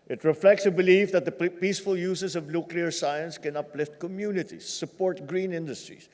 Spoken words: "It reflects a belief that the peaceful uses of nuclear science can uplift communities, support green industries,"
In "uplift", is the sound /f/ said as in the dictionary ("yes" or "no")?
yes